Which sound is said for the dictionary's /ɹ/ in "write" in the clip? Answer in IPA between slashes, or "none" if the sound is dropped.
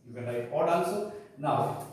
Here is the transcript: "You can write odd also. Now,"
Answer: /l/